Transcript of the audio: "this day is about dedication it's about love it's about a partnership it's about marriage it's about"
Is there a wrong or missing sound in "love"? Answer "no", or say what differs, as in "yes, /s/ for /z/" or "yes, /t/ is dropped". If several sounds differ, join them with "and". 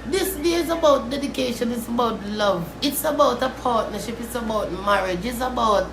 no